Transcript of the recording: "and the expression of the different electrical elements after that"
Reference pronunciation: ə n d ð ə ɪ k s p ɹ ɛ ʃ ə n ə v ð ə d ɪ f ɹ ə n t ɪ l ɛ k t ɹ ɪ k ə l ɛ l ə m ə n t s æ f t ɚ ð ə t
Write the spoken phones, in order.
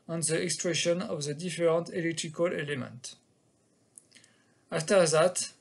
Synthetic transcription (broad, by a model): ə n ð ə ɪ k s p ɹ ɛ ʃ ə n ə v ð ə d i f ɹ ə n t ɪ l ɛ k t ɹ ɪ k ə l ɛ l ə m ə n t ɑ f t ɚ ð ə t